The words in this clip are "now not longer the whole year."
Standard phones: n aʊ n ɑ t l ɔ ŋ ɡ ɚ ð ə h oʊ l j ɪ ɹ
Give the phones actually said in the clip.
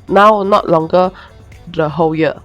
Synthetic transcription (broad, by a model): n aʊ n ɑ t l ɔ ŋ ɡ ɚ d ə h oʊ w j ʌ